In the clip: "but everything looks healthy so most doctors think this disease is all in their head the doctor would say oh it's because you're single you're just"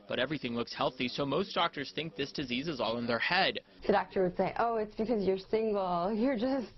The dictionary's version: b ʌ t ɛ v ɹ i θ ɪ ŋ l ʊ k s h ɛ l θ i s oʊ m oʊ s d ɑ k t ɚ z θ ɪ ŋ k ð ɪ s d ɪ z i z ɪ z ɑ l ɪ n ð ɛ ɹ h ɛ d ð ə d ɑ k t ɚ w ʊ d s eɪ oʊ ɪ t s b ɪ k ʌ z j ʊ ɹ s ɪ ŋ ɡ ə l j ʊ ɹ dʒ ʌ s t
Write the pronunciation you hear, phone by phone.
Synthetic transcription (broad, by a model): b ʌ t ɛ v ɹ i θ ɪ ŋ l ʊ k s h ɛ l θ i s oʊ m oʊ s d ɑ k t ɚ z θ ɪ ŋ k ð ɪ s d ɪ z i z ɪ z ɑ l ɪ n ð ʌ ɹ h ɛ d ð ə d ɑ k t ɚ w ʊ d s eɪ oʊ ɪ t s b ɪ k ʌ z j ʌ ɹ s ɪ ŋ ɡ l j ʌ ɹ dʒ ʌ s t